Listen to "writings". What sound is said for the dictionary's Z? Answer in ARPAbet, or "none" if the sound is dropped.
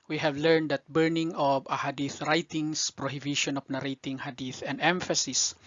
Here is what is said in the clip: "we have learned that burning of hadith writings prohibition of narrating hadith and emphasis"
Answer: S